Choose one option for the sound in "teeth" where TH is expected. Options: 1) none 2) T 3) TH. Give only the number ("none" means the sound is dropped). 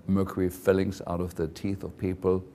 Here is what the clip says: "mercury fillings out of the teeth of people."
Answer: 3